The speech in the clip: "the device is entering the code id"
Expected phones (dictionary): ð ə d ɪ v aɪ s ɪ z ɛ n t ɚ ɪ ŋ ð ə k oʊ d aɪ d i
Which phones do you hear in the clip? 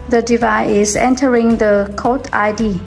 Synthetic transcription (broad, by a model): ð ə d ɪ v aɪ ɪ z ɛ n t ɚ ɪ ŋ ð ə k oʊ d aɪ d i